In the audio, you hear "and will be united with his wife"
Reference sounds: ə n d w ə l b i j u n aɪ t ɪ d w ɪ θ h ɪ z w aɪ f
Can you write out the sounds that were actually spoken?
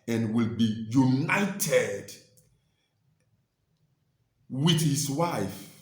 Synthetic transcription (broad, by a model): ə n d w ə l b i j u n aɪ t ɪ d w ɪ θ h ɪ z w aɪ f